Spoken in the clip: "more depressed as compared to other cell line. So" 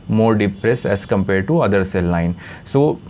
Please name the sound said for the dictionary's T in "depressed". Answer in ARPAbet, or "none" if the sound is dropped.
none